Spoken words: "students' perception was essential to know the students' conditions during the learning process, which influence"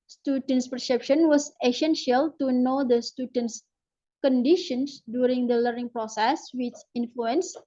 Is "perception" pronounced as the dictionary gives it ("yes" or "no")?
yes